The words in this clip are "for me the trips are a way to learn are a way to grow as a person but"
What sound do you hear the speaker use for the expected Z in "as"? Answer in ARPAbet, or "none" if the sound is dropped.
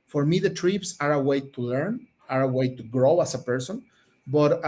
S